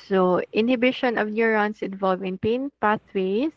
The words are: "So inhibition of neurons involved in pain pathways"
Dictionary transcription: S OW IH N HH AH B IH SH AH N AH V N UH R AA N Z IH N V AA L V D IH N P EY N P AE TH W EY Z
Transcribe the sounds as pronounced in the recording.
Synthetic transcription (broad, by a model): S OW IH N HH AH B IH SH AH N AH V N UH R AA N S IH N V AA L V IH N P EY N P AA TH W EY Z